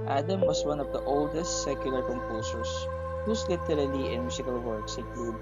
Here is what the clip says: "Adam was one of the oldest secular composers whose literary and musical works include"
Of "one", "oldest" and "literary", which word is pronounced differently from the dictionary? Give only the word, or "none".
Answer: literary